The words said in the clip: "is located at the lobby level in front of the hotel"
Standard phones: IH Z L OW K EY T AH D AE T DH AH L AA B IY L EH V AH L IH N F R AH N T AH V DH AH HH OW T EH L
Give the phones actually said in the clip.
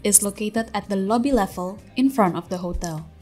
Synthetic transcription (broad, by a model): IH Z L OW K EY T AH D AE T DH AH L AA B IY L EH V AH L IH N F R AH N T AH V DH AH HH OW T EH L